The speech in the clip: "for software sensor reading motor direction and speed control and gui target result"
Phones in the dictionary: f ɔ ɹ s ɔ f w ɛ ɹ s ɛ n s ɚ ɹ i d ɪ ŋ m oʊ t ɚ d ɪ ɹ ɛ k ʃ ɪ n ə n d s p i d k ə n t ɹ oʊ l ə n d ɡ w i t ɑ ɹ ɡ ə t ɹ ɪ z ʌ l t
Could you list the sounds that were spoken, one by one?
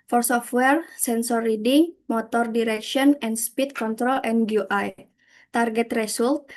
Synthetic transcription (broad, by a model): f ɔ ɹ s ɔ f w ɛ ɹ s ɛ n s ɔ ɹ i d ɪ ŋ m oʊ t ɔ d ɪ ɹ ɛ k ʃ ɪ n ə n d s p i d k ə n t ɹ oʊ l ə n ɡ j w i t ɑ ɹ ɡ ə t ɹ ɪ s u l t